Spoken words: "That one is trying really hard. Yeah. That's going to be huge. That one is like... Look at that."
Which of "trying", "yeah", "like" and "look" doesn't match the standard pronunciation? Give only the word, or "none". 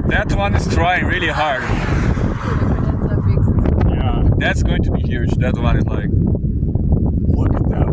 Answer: look